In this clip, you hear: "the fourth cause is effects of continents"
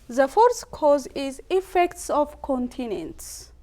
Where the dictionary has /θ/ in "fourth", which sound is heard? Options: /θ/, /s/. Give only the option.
/s/